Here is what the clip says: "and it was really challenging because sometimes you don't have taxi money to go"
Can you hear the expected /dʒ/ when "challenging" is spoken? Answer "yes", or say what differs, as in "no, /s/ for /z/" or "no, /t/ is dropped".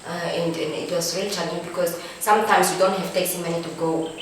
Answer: no, /dʒ/ is dropped